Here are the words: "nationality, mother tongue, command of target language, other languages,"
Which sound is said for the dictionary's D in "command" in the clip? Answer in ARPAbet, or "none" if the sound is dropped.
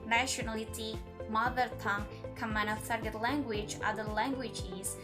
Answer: none